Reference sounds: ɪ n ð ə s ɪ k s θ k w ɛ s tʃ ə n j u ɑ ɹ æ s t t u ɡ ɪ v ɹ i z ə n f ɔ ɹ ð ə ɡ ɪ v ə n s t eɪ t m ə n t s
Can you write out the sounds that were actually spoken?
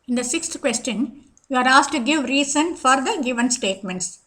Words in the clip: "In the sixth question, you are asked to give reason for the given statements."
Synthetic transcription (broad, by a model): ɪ n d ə s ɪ k s t k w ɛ s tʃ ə n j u ɑ ɹ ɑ s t t u ɡ ɪ v ɹ i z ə n f ɔ ɹ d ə ɡ ɪ v ə n s t eɪ t m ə n t s